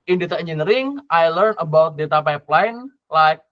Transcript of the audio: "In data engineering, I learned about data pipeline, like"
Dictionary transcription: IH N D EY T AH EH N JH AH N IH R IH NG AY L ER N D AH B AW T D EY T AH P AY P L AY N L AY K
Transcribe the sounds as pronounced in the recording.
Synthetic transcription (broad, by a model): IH N D EY T AH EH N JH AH N R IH NG AY L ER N AH B AW T D EY T AH P AY P L AY N L AY K